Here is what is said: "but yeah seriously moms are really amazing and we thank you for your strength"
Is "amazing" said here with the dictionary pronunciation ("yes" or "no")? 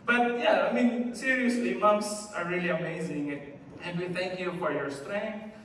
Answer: yes